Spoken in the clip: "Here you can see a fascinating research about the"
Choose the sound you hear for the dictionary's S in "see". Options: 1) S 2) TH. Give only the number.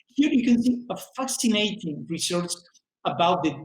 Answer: 2